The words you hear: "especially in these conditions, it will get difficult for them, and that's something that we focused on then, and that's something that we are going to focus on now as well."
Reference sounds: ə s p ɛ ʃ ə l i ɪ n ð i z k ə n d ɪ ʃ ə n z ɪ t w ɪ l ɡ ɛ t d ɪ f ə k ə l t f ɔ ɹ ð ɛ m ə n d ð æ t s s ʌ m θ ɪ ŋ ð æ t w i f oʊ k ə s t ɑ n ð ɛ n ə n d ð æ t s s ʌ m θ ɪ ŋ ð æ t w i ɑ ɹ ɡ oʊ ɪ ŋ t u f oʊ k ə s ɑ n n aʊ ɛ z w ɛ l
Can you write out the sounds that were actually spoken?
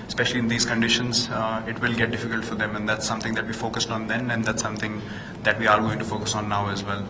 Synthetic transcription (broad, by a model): s p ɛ ʃ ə l i ɪ n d i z k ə n d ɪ ʃ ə n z ɪ t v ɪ l ɡ ɛ t d ɪ f ə k ə l t f ɔ ɹ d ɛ m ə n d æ t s s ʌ m t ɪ ŋ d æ t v i f oʊ k ə s t ɑ n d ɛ n ə n d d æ t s s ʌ m t ɪ ŋ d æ t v i ɑ ɹ ɡ oʊ ɪ ŋ t u f oʊ k ə s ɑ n n aʊ ɛ z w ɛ l